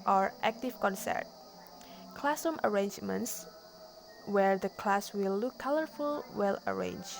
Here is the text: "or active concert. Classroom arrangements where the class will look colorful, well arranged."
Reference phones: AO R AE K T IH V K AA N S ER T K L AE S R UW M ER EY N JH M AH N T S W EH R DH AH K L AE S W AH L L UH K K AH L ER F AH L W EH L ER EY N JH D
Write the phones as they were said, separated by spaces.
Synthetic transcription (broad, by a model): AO R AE K T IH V K AA N S ER T K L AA S UW M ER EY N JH M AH N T S W EH R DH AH K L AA S W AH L L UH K K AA L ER F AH L W EH L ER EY N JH